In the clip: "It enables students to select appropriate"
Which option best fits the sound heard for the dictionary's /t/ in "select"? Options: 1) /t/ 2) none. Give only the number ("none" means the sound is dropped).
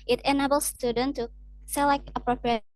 2